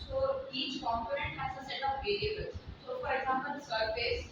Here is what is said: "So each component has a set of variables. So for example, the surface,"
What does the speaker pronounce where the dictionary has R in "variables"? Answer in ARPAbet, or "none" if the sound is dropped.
L